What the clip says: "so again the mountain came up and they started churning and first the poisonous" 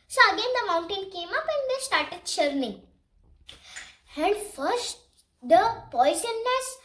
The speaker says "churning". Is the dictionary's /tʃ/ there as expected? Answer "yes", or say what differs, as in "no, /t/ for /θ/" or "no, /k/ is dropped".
no, /ʃ/ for /tʃ/